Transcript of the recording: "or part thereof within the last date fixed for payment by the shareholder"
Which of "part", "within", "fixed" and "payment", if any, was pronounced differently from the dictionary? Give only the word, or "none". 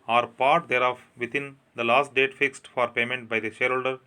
within